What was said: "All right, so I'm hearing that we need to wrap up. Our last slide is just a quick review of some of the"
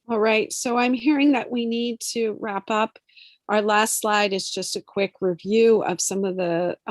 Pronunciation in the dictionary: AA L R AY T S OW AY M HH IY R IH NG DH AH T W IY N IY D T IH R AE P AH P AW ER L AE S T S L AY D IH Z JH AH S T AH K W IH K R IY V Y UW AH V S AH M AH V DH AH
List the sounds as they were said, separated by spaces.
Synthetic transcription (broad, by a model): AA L R AY T S OW AY M HH IY R IH NG DH AH T W IY N IY D T IH R AE P AH P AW ER L AE S T S L AY D IH Z JH AH S T AH K W IH K R IY V Y UW AH V S AH M AH V DH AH